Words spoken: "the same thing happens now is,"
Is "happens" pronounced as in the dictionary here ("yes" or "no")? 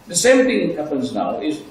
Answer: yes